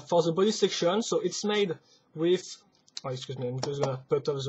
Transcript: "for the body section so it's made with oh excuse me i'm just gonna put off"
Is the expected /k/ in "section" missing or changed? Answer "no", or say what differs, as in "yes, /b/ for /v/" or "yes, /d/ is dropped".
no